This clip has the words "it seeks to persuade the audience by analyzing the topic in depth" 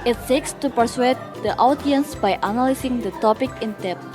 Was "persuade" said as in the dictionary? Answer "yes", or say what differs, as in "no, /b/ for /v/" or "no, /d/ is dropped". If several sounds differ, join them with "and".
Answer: yes